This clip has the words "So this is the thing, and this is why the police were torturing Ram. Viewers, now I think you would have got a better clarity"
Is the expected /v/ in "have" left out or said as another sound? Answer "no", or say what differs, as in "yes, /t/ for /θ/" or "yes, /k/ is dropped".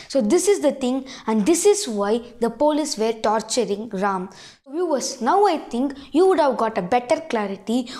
no